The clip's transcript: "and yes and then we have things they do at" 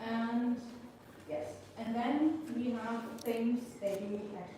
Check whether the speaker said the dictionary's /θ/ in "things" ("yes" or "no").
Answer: no